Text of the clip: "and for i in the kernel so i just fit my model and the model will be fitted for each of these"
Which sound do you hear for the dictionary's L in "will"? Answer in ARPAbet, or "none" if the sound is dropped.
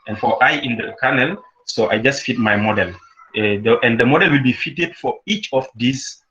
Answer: L